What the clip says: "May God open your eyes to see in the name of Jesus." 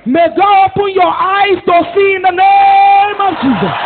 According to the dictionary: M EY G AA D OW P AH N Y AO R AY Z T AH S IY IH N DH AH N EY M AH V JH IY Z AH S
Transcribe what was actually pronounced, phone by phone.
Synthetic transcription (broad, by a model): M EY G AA OW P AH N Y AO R AY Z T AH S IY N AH N EY M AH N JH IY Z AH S